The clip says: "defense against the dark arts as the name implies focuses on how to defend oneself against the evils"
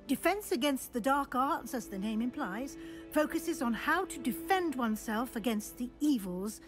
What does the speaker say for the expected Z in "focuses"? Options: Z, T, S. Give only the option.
Z